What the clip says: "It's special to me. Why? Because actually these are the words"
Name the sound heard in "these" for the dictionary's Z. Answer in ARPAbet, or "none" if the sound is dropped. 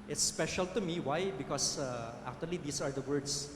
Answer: S